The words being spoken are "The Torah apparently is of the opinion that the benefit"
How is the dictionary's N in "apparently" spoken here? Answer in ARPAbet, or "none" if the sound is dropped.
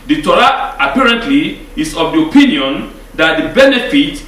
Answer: N